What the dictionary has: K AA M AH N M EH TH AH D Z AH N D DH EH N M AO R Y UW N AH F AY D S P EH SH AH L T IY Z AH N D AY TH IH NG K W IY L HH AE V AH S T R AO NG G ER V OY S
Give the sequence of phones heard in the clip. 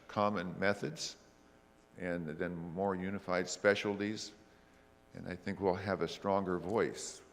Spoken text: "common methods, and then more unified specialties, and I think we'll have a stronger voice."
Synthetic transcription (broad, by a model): K AA M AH N M EH TH AH D Z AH N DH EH N M AO R Y UW N AH F AY D S P EH SH L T IY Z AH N AY TH IH NG K W IY L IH V AH S T R AO NG G ER V OY S